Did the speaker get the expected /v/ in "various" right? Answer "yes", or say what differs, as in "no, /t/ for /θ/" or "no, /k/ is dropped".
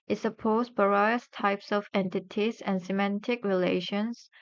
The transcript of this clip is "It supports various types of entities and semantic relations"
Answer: no, /b/ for /v/